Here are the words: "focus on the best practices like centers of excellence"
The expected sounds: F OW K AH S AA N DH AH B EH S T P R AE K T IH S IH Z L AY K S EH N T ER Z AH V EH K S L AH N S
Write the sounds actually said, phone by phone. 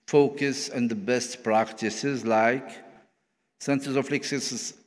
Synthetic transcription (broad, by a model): F OW K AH S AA N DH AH B EH S T P R AE K T IH S IH Z L AY K S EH N S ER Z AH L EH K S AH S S